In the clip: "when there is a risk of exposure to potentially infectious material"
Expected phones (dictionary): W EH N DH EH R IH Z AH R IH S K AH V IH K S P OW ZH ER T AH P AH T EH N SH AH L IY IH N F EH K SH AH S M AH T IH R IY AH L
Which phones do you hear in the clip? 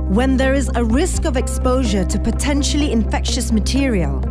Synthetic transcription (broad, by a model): W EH N DH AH R IH Z AH R IH S K AH V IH K S P OW ZH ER T AH P AH T EH N SH AH L IY IH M F EH K SH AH S M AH T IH R IY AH L